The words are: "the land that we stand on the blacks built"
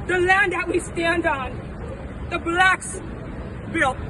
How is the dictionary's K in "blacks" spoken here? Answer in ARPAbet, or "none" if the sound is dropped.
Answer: K